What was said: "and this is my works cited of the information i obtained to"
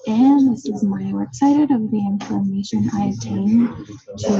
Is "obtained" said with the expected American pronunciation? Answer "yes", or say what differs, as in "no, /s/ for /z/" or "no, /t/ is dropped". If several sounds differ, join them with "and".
no, /b/ is dropped